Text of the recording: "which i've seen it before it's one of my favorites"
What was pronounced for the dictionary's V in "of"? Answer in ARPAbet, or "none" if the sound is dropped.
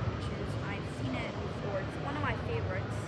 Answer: V